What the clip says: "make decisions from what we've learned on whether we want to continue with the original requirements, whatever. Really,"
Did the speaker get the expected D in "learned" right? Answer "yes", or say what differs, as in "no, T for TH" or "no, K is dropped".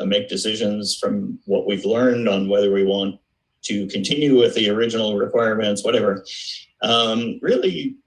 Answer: yes